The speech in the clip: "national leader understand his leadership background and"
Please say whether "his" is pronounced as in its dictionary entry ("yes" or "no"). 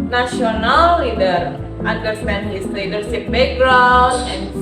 no